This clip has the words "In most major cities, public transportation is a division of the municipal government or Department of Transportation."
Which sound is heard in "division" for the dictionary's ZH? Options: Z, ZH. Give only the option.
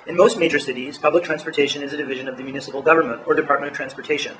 ZH